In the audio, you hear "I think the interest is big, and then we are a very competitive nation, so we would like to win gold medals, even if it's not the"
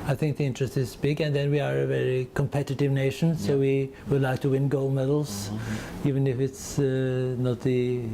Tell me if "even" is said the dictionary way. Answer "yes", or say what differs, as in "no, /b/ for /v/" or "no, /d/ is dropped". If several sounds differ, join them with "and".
yes